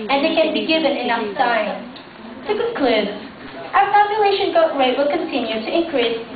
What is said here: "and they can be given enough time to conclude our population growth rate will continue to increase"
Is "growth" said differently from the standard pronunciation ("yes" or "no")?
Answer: yes